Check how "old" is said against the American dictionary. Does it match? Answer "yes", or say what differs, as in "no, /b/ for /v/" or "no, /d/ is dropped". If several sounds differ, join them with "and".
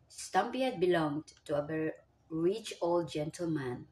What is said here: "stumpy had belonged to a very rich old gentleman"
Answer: yes